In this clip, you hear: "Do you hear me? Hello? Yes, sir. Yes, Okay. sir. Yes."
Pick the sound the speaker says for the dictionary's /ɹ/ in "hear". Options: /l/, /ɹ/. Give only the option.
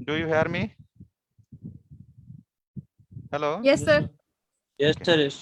/ɹ/